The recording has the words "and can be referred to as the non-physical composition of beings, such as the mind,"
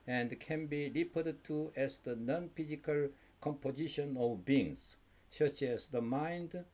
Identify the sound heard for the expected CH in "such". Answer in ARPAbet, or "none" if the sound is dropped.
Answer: CH